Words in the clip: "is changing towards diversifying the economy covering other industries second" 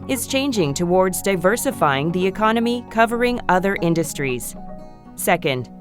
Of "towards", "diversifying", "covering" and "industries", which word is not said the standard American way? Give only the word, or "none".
none